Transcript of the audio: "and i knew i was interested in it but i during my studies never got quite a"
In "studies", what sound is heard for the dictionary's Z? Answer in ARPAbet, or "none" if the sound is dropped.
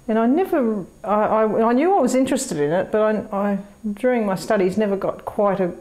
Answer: Z